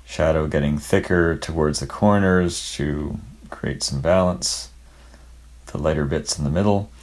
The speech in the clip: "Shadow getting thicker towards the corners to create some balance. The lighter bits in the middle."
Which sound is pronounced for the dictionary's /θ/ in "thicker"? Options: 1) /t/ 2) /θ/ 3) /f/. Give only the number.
2